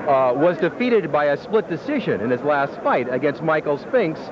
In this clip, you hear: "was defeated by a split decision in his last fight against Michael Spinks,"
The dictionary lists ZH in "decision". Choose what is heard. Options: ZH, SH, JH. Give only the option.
ZH